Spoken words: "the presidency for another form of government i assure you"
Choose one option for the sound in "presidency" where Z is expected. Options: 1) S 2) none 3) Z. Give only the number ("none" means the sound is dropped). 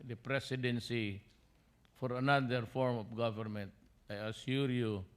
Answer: 1